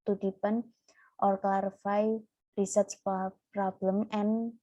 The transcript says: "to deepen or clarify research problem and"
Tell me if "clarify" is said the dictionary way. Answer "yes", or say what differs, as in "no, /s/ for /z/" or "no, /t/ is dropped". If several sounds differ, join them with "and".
no, /l/ is dropped